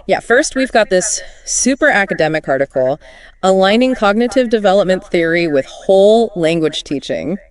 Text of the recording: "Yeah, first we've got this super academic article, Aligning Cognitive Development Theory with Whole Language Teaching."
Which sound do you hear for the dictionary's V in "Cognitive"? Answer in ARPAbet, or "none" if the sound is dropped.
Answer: V